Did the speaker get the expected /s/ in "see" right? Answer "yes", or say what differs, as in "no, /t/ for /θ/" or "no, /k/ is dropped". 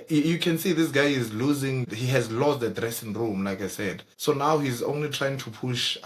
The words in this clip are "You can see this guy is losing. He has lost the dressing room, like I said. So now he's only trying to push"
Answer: yes